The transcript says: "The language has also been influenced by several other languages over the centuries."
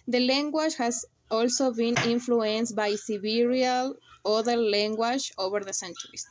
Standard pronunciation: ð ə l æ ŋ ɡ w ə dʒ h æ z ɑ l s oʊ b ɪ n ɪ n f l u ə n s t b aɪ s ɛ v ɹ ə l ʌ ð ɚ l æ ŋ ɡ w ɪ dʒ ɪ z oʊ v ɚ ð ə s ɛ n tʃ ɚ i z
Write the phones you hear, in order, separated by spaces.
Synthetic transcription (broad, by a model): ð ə l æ ŋ ɡ w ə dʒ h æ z ɑ l s oʊ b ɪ n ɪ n f l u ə n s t b aɪ s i b ɹ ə l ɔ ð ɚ l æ ŋ ɡ w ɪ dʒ oʊ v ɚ ð ə s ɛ n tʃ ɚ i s